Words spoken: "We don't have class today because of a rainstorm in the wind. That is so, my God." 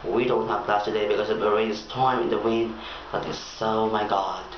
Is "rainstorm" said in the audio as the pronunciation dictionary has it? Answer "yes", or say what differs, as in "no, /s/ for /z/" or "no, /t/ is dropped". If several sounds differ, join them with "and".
no, /n/ is dropped